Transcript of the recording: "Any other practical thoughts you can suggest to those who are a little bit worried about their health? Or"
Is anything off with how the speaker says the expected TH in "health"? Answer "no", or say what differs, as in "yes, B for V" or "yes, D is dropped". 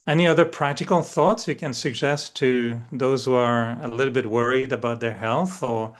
no